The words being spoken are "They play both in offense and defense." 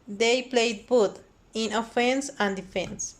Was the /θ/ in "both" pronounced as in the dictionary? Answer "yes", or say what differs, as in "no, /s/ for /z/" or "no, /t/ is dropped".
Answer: no, /t/ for /θ/